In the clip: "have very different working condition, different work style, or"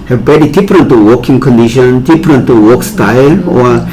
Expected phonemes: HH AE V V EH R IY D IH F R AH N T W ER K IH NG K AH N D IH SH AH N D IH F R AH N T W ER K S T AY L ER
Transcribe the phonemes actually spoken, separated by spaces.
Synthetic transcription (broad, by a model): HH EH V B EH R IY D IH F R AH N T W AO K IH NG K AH N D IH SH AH N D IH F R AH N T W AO K S T AY L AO